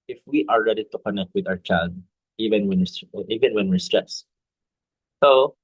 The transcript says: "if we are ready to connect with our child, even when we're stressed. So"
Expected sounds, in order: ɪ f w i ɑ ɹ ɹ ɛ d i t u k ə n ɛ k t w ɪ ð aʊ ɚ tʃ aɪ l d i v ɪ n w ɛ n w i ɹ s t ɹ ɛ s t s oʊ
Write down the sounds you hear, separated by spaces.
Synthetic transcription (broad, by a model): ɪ f w i ɑ ɹ ɹ ɛ d i t u k ə n ɛ k t w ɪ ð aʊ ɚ tʃ aɪ l d i v ɪ n w ɛ n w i w s t ɹ ɛ s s oʊ